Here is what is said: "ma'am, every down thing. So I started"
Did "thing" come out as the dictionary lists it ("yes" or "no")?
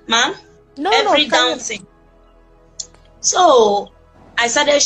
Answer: no